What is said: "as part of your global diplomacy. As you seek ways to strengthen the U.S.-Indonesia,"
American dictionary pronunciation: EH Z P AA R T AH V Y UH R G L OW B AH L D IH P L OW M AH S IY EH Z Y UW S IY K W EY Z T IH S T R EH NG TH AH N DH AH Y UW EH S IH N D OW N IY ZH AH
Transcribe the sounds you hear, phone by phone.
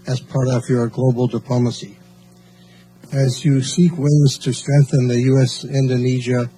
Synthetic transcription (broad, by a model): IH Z P AA R T AH V Y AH R G L OW B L D IH P L OW M AH S IY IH Z Y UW S IY K W EY Z T IH S T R EH NG TH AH N DH AH Y UW EH S IH N D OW N IY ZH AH